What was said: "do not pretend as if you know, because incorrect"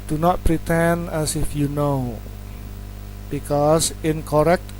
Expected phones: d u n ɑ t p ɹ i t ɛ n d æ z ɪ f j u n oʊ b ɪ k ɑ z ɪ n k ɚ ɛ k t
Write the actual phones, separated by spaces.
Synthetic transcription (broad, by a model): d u n ɑ t p ɹ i t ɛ n æ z ɪ f j u n oʊ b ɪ k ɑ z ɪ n k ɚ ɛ k t